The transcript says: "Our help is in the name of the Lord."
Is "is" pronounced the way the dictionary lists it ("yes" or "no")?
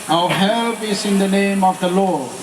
no